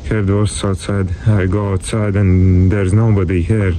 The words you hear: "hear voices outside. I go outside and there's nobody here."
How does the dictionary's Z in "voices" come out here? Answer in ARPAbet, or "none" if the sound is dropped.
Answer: none